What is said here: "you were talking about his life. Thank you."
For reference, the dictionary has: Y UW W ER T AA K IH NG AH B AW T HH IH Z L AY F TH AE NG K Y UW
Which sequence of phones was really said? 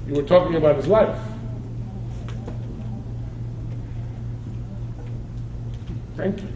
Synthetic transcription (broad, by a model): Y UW W ER T AA K IH NG AH B AW T HH IH Z L AY F TH AE NG K Y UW